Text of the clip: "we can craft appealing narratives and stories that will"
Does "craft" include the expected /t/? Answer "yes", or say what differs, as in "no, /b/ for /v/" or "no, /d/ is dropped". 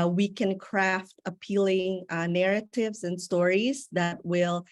yes